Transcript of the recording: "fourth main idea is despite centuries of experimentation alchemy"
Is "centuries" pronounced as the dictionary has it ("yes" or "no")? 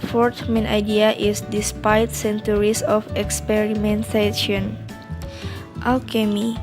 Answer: no